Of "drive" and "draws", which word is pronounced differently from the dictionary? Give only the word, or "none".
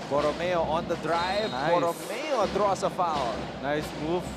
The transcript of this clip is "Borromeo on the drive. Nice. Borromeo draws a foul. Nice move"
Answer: draws